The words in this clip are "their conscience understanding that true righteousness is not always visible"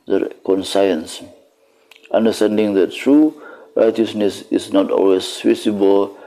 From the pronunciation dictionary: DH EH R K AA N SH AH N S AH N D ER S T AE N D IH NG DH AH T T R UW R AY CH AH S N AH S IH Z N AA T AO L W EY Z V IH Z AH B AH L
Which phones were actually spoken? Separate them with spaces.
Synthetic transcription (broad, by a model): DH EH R K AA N S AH N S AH N D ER S T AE N D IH NG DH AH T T R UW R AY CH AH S N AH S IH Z N AA T AO L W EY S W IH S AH B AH L